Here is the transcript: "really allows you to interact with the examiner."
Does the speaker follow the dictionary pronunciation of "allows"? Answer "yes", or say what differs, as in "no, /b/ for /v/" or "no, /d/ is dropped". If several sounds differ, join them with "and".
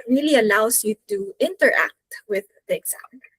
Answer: no, /s/ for /z/